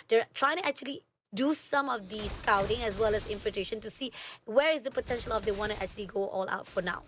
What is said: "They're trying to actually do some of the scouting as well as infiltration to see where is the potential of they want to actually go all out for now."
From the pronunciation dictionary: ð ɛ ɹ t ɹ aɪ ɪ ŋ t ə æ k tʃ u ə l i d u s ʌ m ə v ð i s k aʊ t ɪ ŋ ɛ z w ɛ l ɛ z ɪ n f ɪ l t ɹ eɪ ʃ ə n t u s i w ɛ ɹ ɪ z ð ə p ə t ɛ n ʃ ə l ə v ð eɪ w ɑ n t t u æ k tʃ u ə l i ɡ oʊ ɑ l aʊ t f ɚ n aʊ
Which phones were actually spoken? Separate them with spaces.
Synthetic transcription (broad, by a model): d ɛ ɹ t ɹ aɪ ɪ ŋ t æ k tʃ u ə l i d u s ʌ m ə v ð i s k aʊ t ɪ ŋ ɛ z w ɛ l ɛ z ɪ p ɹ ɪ t eɪ ʃ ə n t u s i w ɛ ɹ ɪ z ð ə p ə t ɛ n ʃ ə l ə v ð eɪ w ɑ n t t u æ k tʃ u ə l i ɡ oʊ ɑ l aʊ t f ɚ n aʊ